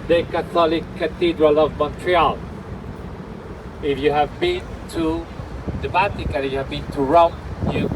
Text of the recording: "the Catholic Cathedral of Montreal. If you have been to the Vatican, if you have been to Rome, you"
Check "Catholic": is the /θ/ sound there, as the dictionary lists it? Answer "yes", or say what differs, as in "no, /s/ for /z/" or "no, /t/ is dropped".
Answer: no, /t/ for /θ/